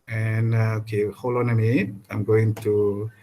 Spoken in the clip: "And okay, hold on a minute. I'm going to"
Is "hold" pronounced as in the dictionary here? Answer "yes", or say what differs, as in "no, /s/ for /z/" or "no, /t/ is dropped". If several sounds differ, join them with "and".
no, /d/ is dropped